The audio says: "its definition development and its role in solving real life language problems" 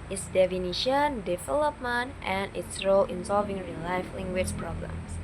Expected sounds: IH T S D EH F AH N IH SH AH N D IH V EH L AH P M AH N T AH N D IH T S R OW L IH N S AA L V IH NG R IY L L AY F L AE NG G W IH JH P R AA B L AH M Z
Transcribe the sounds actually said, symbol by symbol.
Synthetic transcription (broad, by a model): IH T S D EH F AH N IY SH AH N D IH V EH L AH P M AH N T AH N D IH T S R OW L IH N S AA L V IH NG R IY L L AY F L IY NG G W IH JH P R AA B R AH M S